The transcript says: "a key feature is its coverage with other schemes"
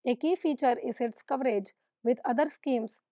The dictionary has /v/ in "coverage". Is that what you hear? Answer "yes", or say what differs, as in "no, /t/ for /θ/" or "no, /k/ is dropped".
yes